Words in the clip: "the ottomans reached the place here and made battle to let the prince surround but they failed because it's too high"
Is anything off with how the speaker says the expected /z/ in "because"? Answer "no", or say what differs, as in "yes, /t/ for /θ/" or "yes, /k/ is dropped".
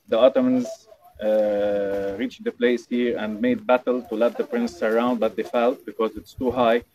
no